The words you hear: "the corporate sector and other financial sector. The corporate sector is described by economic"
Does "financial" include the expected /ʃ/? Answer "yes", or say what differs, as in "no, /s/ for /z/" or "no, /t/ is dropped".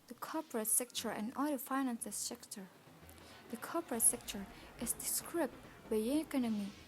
no, /s/ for /ʃ/